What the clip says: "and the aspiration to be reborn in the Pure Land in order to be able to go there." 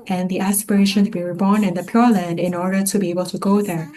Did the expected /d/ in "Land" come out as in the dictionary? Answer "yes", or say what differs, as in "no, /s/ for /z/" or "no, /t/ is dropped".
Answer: yes